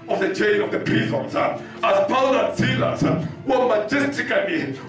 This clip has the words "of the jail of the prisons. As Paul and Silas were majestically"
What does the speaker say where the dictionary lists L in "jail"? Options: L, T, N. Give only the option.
N